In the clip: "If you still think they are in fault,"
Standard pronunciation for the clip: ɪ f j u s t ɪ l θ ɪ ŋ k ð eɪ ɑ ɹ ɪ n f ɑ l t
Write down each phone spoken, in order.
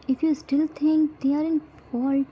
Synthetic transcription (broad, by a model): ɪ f j u s t ɪ l t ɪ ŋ k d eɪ ɑ ɹ ɪ n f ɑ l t